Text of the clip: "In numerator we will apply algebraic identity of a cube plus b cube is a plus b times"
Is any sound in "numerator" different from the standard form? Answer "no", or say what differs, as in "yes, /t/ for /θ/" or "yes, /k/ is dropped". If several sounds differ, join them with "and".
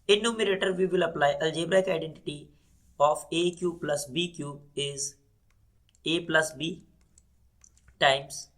no